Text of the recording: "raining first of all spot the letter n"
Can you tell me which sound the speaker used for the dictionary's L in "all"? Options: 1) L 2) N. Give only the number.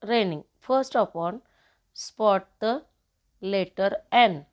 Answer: 2